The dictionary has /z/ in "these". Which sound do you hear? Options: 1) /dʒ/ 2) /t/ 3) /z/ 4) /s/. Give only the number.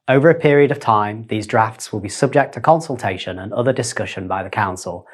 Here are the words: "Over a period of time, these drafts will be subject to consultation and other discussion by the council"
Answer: 3